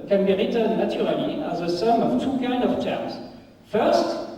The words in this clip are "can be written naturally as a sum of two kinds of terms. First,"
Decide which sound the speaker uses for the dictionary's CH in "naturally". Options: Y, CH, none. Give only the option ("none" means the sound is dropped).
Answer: none